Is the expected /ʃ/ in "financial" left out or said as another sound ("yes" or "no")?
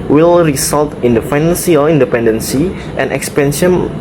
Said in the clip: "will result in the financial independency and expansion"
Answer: yes